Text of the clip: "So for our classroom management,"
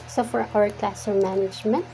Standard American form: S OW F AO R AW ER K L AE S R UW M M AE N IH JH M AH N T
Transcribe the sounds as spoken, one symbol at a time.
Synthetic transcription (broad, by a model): S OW F AO R AW ER K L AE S AO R M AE N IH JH M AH N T